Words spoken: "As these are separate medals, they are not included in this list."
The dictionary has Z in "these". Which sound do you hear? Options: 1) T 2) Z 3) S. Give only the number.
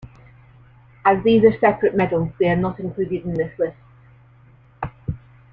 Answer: 2